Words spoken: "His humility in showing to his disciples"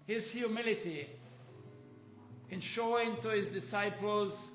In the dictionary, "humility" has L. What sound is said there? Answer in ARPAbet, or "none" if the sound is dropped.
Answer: L